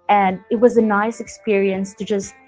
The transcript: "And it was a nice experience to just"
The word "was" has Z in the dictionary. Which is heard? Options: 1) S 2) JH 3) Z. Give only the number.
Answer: 3